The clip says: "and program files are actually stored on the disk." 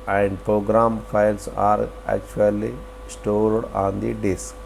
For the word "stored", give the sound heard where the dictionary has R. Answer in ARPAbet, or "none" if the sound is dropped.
L